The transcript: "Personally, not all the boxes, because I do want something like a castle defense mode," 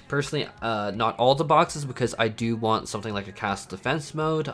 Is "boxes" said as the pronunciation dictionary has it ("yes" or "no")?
yes